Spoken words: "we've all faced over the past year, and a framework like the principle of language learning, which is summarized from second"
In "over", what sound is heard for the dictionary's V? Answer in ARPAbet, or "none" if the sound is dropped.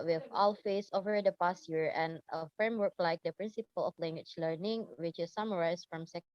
V